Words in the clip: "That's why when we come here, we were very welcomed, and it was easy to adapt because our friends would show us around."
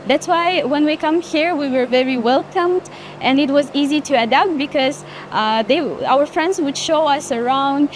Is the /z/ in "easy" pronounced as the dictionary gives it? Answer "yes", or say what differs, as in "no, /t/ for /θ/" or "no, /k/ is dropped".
yes